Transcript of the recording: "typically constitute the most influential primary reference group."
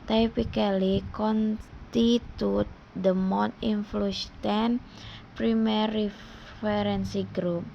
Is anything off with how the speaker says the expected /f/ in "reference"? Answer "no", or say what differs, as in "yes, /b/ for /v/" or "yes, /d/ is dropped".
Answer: yes, /f/ is dropped